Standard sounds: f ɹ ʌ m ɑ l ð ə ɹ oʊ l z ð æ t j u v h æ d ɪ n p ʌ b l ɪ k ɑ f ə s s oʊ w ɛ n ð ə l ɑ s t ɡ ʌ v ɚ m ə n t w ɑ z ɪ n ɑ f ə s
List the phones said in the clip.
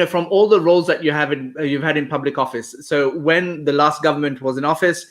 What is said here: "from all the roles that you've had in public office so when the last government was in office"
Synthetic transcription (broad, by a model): f ɹ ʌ m ɑ l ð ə ɹ oʊ l z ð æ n j u v h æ d ɪ n p ʌ b l ɪ k ɑ f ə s s oʊ w ɛ n ð ə l ɑ s t ɡ ʌ v ɚ m ə n t w ɑ z ɪ n ɑ f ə s